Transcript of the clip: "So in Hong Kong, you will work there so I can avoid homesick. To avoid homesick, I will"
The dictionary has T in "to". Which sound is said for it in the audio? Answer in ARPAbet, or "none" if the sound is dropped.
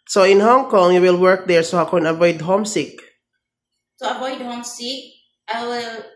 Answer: S